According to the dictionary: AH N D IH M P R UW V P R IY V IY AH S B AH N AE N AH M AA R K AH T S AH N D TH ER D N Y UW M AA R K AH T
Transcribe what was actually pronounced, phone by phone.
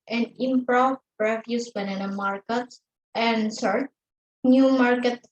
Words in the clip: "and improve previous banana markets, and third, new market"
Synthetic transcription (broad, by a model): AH N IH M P R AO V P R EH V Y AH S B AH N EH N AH M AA R K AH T AH N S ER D N Y UW M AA R K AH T